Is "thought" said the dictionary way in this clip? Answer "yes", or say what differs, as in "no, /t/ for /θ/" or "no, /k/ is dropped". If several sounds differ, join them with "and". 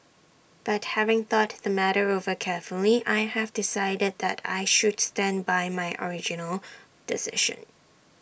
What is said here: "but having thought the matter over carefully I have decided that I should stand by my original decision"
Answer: yes